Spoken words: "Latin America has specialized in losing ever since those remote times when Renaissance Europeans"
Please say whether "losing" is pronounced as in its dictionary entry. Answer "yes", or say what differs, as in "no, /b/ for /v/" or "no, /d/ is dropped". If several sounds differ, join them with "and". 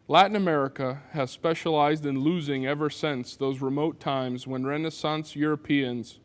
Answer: yes